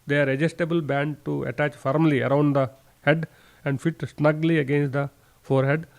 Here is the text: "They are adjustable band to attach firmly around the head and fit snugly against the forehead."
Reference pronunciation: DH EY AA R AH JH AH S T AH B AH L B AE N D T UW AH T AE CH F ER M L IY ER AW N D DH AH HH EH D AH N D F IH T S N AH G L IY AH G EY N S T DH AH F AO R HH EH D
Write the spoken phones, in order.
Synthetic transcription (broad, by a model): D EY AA R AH JH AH S T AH B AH L B AE N D T UW AH T AE CH F ER M L IY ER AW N D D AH HH EH D AH N D F IH T S N AH G L IY AH G EY N S T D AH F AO R HH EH D